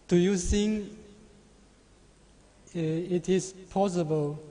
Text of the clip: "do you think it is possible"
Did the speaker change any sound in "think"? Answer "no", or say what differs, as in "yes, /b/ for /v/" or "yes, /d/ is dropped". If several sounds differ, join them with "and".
yes, /k/ is dropped